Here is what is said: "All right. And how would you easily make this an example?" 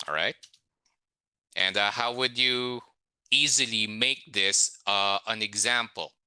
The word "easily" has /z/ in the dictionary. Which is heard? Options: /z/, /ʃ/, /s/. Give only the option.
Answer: /z/